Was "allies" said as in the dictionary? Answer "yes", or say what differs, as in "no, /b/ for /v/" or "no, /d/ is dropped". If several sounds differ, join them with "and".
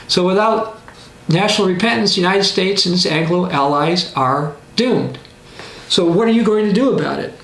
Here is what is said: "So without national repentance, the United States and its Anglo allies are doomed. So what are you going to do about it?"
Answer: yes